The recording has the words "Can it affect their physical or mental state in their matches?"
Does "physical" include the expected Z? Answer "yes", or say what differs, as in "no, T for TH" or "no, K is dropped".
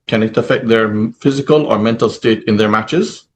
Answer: yes